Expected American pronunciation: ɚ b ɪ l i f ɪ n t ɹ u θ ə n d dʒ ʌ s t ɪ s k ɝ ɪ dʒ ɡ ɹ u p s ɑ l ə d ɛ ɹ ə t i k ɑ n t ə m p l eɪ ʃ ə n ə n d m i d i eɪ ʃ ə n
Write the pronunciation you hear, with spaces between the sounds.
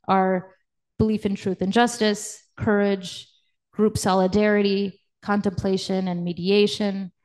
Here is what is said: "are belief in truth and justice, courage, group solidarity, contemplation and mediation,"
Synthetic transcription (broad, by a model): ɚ b ɪ l i f ɪ n t ɹ u θ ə n dʒ ʌ s t ɪ s k ɝ ɪ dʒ ɡ ɹ u p s ɑ l ə d ɛ ɹ ə t i k ɑ n t ə m p l eɪ ʃ ə n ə n m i d i eɪ ʃ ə n